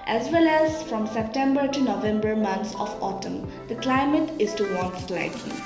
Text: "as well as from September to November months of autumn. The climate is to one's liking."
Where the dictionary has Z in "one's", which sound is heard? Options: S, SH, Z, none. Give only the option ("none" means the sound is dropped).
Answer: S